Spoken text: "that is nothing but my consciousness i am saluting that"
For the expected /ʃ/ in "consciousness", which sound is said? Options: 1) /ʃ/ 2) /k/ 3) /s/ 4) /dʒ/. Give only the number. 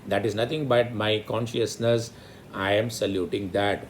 1